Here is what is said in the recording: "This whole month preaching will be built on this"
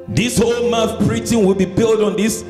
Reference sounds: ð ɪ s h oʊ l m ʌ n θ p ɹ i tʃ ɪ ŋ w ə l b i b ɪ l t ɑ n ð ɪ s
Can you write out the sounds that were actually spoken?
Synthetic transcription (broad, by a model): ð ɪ s h oʊ l m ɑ θ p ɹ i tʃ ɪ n w ə l b i b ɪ l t ɑ n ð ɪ s